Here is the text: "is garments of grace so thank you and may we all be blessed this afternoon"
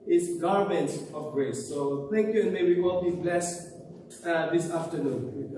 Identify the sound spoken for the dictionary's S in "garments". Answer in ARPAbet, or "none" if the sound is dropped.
none